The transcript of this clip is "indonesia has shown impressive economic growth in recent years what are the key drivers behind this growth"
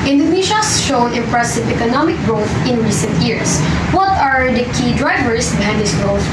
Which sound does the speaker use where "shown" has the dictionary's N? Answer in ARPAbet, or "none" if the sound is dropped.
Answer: none